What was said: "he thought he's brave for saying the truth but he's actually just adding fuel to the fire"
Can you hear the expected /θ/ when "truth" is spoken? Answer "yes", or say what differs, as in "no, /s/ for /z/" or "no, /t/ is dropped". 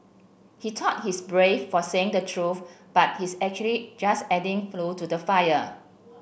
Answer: no, /f/ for /θ/